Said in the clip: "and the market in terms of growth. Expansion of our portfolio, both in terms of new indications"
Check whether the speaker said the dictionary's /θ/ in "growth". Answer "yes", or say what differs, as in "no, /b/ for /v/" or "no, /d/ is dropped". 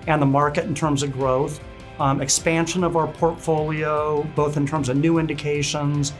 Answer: yes